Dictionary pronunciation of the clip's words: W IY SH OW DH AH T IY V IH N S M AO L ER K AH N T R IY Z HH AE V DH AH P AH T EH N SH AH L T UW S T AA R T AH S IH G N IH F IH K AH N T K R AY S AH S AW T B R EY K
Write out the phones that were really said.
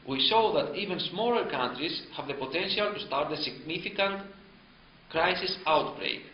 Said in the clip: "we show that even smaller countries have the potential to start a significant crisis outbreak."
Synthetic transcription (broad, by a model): W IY S OW DH AH T IY V IH N S M AO L ER K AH N T R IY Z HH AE V DH AH P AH T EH N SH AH L T UW S T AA R T AH S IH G N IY F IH K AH N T K R AY S AH S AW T B R EY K